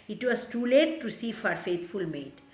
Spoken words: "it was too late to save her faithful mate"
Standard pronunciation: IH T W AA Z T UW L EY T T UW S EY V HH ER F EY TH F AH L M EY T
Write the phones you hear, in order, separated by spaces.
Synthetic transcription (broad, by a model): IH T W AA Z T UW L EY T T UW S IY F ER F EY T F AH L M EY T